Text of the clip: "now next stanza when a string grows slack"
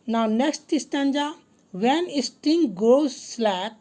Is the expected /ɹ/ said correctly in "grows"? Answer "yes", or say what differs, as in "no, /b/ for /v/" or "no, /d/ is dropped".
no, /ɹ/ is dropped